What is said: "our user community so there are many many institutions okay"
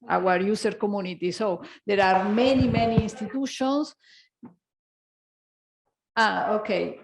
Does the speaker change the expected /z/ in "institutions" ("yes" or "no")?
yes